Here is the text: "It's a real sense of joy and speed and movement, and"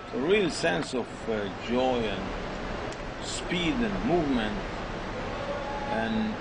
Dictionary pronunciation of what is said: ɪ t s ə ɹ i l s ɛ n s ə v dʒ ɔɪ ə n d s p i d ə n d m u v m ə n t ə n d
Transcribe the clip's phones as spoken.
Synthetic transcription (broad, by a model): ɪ ə ɹ i l s ɛ n s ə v dʒ ɔɪ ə n s p i d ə n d m u v m ə n t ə n